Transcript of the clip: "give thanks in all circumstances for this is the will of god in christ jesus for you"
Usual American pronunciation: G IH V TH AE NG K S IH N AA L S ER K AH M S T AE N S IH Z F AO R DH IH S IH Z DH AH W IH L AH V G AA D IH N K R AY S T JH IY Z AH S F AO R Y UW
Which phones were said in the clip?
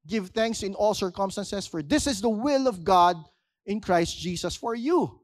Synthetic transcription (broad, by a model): G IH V TH AE NG K S IH N AA L S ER K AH M S T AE N S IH S F AO R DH IH S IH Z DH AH W IH L AH V G AA D IH N K R AY S T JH IY S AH S F AO R Y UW